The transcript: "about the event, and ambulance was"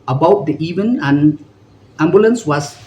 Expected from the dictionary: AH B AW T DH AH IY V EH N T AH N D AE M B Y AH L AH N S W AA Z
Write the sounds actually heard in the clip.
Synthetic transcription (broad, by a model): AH B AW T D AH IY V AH N AH N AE M B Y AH L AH N S W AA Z